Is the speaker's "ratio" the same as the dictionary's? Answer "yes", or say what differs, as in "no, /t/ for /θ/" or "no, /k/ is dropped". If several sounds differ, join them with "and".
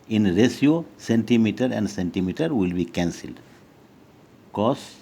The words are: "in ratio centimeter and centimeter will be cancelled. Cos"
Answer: no, /s/ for /ʃ/